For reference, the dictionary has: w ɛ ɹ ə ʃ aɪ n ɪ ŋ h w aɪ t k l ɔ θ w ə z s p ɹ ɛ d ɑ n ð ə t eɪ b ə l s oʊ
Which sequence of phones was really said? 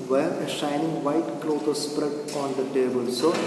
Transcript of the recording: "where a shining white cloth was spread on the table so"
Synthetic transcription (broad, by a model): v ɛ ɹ ə ʃ aɪ n ɪ ŋ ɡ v aɪ t k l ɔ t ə s p ɹ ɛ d ɑ n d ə t eɪ b ə l s oʊ